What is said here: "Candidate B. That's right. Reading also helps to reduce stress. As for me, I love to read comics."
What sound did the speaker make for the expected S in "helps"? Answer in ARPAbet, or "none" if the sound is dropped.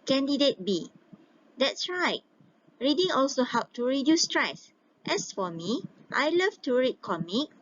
none